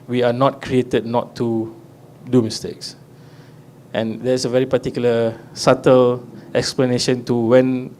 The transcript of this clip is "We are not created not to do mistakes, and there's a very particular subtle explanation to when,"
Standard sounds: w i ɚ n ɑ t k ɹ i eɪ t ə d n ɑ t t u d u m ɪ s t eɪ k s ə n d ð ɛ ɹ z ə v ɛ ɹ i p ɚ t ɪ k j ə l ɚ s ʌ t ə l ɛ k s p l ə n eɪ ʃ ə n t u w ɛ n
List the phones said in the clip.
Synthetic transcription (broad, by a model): w i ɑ n ɑ t k ɹ i eɪ t ə d n ɑ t t u d u m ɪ s t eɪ k s ə n d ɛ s ə v ɛ ɹ i p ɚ t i k j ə l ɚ s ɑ t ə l ɛ k s p l ə n eɪ ʃ ə n t u w ɛ n